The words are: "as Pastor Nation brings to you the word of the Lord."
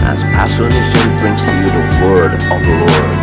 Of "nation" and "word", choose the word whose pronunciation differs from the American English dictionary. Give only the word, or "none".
nation